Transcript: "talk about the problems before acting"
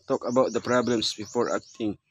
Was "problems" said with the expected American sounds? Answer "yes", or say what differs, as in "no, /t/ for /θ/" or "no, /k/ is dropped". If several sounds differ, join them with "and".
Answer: no, /s/ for /z/